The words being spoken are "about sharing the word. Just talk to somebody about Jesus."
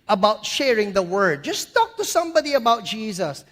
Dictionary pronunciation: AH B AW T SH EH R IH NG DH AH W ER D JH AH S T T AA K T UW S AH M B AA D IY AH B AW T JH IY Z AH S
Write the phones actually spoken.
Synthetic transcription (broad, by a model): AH B AW T SH EH R IH NG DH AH W ER D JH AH S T T AA K T UW S AH M B AA D IY AH B AW T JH IY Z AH S